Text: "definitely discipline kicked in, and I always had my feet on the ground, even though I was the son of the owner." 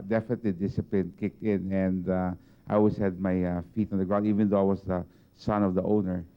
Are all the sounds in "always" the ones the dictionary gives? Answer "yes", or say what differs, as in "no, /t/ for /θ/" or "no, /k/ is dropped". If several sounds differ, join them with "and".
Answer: no, /s/ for /z/